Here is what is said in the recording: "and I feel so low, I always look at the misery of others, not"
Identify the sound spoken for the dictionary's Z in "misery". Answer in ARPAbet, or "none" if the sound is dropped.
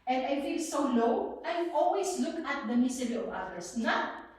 S